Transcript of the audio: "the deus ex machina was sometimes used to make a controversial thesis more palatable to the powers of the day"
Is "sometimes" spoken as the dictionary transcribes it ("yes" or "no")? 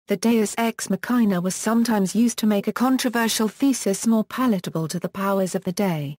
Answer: yes